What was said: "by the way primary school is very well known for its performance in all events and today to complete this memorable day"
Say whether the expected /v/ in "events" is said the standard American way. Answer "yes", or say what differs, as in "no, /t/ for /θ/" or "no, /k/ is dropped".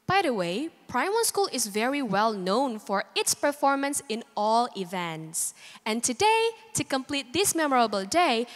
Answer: yes